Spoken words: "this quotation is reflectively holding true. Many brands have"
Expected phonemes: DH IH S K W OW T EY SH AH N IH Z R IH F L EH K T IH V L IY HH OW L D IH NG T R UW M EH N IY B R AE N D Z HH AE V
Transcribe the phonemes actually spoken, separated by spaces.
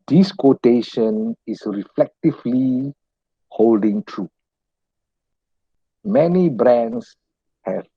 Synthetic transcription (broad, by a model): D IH S K W OW T EY SH AH N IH S R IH F L EH K T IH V L IY HH OW L D IH NG T R UW M EH N IY B R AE N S HH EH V